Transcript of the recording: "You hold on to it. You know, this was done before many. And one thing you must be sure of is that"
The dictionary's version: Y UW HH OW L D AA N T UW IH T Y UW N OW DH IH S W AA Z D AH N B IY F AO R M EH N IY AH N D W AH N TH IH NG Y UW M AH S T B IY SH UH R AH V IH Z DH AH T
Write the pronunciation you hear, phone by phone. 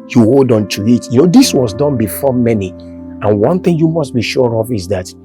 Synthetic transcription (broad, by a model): Y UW HH OW L D AA N T UW IH T Y UW N OW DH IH S W AA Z D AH N B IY F AO M EH N IY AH N W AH N TH IH NG Y UW M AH S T B IY SH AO R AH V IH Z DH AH T